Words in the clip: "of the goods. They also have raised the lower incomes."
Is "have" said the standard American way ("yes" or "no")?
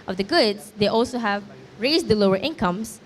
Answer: yes